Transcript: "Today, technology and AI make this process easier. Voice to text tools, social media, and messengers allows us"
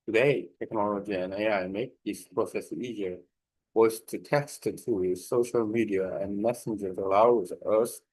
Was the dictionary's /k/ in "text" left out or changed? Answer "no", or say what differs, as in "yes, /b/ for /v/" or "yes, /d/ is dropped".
yes, /k/ is dropped